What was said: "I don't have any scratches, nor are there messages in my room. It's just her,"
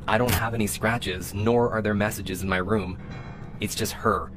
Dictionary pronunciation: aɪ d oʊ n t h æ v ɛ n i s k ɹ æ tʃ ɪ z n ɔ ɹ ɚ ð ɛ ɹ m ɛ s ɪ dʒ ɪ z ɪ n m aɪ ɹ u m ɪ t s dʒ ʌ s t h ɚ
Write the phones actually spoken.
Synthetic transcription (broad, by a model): aɪ d oʊ n t h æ v ɛ n i s k ɹ æ tʃ ɪ z n ɔ ɹ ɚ ð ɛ ɹ m ɛ s ɪ dʒ ɪ z ɪ n m aɪ ɹ u m ɪ t s dʒ ʌ s t h ɚ